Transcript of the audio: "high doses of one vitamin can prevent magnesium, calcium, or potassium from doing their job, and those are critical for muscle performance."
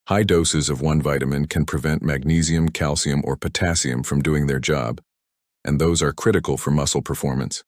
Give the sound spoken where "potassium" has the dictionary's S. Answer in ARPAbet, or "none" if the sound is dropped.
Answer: S